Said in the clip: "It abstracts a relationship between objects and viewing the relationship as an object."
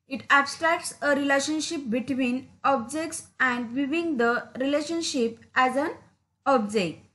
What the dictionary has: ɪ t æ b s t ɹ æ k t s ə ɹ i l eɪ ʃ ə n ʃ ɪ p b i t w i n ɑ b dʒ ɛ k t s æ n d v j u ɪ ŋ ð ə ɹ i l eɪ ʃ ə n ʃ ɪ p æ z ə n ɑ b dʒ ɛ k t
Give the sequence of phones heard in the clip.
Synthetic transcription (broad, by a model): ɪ t æ b s t ɹ æ k t s ə ɹ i l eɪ ʃ ə n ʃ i p b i t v i n ɑ b dʒ ɛ k t s æ n d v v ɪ ŋ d ə ɹ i l eɪ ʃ ə n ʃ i p æ z ə n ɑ b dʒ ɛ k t